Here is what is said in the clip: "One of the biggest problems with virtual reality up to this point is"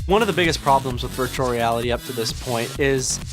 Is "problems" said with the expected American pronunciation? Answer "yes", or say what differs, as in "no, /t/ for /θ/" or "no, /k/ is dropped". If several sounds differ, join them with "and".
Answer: yes